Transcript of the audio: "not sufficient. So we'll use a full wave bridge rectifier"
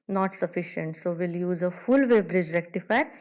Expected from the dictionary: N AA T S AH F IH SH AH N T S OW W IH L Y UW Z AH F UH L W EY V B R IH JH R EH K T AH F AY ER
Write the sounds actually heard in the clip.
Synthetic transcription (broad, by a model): N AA T S AH F IH SH AH N T S OW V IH L Y UW Z AH F UH L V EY B R IH JH R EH K T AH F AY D